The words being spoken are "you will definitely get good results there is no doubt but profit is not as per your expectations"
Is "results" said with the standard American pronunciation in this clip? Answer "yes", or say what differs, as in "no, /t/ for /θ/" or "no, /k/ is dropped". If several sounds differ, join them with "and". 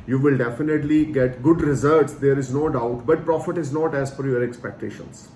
no, /l/ is dropped